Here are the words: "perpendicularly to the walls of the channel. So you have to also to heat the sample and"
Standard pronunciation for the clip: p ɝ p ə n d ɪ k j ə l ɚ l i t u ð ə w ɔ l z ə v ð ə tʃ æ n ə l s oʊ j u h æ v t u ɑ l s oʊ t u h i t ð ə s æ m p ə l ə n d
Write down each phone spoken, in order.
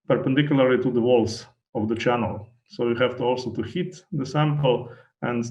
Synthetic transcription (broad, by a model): p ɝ p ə n d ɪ k j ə l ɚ l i t u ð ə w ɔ l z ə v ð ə tʃ æ n ə l s oʊ j u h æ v t u ɑ l s oʊ t u h i t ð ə s æ m p ə l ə n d